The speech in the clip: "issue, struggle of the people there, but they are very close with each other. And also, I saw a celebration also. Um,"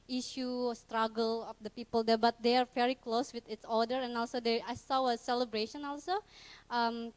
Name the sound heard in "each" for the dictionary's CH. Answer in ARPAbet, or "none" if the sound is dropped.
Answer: S